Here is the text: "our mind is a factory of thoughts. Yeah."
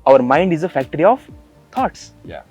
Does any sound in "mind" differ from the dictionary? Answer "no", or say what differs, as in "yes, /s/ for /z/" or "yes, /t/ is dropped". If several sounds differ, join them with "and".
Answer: no